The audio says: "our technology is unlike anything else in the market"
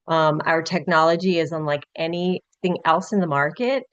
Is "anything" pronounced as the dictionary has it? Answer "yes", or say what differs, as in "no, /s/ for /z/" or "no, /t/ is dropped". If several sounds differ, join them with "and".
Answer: yes